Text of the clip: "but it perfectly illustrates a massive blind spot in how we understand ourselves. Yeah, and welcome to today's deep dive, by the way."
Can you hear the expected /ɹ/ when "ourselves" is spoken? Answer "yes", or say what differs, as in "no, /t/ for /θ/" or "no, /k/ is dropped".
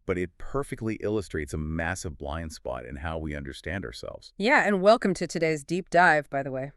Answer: yes